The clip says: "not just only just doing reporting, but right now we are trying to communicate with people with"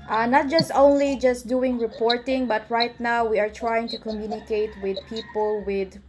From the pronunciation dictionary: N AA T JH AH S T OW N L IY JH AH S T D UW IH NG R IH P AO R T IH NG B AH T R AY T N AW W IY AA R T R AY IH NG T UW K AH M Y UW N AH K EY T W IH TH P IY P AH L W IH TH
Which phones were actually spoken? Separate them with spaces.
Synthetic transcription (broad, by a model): N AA T JH AH S T OW N L IY JH AH S T D UW IH NG R IH P AO R T IH NG B AH T R AY T N AW W IY AA R T R AY IH NG T UW K AH M Y UW N AH K EY T W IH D P IY P AH L W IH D